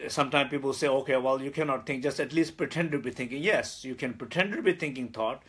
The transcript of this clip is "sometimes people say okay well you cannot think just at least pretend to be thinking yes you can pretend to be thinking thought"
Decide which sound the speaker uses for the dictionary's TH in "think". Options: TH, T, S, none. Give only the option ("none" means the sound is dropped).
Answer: T